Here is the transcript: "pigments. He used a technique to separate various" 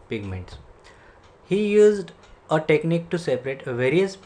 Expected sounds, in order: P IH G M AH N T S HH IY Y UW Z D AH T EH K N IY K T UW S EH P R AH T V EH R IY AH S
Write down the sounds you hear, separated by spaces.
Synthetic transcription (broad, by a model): P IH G M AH N T S HH IY Y UW Z D AH T EH K N IY K T UW S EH P R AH T V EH R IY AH S